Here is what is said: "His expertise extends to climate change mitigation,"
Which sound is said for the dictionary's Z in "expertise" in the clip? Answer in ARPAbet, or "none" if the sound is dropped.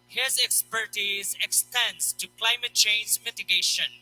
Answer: Z